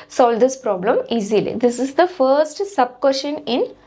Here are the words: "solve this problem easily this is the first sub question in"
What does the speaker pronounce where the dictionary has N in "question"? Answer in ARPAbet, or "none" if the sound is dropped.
N